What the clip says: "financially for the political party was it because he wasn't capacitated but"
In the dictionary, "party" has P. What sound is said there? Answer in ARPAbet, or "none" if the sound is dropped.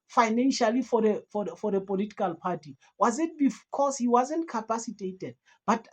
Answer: P